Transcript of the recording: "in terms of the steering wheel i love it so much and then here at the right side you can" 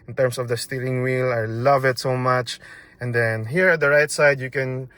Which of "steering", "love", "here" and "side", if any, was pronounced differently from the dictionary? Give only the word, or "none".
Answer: steering